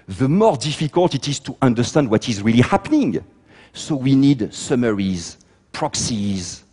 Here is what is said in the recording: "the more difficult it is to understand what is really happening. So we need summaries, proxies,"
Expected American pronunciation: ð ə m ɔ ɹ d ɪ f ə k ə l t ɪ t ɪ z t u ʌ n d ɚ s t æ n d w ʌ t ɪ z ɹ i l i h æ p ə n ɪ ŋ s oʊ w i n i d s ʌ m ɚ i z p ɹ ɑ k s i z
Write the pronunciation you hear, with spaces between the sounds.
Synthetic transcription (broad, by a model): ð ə m ɔ ɹ d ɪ f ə k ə l t ɪ t ɪ z t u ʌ n d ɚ s t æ n d w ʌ t ɪ z ɹ i l i h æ p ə n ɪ ŋ s oʊ w i n i d s ʌ m ɚ i z p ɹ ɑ k s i z